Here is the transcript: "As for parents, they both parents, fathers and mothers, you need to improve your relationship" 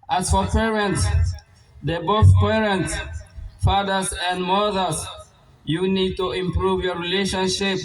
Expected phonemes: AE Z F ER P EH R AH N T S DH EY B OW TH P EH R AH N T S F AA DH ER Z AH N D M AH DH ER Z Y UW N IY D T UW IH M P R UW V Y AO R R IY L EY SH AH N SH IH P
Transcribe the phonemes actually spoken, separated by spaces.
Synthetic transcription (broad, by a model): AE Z F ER P EH R AH N T S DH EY B OW TH P EH R AH N T S F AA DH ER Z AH N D M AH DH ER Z Y UW N IY D T UW IH M P R UW V Y AO R R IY L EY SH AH N SH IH P